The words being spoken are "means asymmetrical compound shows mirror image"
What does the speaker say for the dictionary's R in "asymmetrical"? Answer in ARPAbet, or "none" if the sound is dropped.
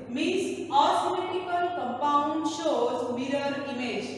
none